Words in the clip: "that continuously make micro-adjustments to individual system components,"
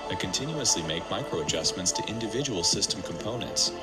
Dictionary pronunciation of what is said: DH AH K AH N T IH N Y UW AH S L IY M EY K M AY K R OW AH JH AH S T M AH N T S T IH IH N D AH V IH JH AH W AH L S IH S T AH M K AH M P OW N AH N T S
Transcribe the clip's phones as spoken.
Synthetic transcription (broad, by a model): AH K AH N T IH N Y UW AH S L IY M EY K M AY K R OW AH JH AH S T M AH N T S T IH IH N D AH V IH JH AH W AH L S IH S T AH M K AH M P OW N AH N T S